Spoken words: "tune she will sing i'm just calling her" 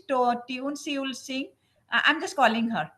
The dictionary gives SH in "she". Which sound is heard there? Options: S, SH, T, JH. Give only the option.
S